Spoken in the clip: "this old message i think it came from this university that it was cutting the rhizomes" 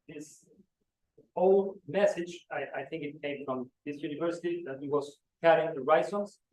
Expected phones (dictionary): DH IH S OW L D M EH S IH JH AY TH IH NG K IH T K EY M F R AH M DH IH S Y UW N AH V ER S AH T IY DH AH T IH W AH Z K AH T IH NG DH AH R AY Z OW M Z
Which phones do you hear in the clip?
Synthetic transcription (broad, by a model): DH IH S OW L D M EH S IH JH AY TH IH NG K IH T K EY M F R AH M DH IH S Y UW N AH V ER S AH T IY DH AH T IH W AH Z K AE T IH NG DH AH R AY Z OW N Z